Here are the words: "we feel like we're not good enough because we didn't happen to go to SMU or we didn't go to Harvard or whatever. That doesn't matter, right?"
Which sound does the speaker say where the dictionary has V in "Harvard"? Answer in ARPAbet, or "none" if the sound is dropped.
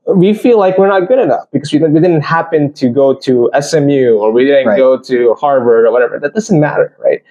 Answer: V